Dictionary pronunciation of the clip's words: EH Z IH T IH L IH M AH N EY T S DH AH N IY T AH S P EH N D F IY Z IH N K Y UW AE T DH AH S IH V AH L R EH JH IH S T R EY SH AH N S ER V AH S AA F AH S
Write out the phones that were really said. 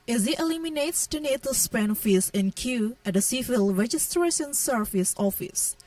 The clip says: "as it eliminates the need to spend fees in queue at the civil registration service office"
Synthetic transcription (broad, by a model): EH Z IH T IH L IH M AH N EY T S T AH N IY T AH S P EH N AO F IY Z IH N K Y UW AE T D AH S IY F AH L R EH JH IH S T R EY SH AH N S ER F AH S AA F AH S